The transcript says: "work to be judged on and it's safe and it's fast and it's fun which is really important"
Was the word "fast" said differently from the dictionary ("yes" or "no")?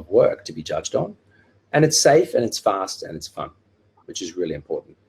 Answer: no